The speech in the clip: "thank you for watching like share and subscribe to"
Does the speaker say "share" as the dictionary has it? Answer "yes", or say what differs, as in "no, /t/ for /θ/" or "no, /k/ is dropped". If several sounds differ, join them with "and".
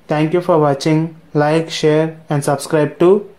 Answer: yes